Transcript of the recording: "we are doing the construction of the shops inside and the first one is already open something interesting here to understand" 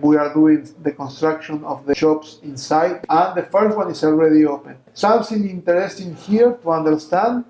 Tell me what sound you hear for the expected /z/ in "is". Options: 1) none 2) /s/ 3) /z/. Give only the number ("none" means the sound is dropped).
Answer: 2